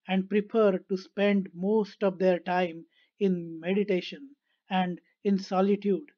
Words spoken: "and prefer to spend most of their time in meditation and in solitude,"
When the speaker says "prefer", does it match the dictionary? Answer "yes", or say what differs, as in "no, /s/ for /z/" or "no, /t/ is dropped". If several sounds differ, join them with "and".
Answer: no, /p/ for /f/